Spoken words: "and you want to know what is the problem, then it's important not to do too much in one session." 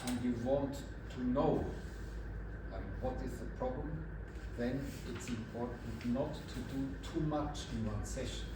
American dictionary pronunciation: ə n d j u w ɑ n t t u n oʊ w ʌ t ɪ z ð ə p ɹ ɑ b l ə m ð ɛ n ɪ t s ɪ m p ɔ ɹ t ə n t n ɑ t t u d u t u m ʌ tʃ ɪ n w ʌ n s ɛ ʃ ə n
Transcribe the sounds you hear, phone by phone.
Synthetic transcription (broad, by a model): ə n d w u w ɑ n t t u n oʊ w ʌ t ɪ z ð ə p ɹ ɑ b l ə m ð ɛ n ɪ t s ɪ m p ɔ ɹ t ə n t n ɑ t t u d u t u m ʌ tʃ ɪ n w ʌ s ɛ ʃ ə n